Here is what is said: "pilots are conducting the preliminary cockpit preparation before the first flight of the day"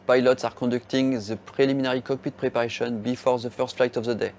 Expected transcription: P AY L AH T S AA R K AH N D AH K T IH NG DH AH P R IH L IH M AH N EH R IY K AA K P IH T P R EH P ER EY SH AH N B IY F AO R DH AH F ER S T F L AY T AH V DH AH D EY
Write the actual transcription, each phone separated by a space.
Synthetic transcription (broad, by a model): P AY L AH T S AA R K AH D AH K T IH NG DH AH P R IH L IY M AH N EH R IY K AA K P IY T P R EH P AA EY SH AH N B IY F AO R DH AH F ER S T F L AY T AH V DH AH D EY